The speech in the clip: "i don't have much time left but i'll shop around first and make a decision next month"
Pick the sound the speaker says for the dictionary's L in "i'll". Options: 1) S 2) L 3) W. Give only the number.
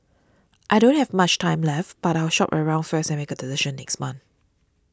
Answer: 3